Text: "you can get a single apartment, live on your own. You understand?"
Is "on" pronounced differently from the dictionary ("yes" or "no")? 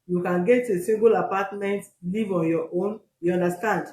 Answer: no